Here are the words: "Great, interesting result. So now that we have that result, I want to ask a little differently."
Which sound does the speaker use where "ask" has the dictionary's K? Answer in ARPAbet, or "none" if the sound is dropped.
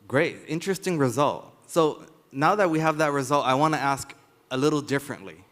K